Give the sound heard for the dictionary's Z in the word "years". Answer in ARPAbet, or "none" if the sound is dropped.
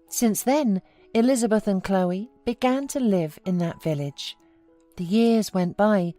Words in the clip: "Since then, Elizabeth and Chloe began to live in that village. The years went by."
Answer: Z